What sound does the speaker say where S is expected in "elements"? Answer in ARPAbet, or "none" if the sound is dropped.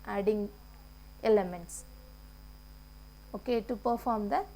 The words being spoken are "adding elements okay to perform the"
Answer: S